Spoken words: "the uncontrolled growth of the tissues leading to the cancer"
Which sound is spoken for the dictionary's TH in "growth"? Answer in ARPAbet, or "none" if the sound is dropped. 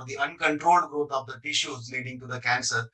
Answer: T